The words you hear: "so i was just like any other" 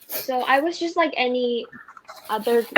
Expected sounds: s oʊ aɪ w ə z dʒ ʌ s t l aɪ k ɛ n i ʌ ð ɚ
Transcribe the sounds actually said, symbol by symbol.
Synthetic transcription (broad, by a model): s oʊ aɪ w ə z dʒ ʌ s t l aɪ k ɛ n i ʌ ð ɚ